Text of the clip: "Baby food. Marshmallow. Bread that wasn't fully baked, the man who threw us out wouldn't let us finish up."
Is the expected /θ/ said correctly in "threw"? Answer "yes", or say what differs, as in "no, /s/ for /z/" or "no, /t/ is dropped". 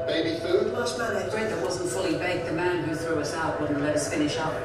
yes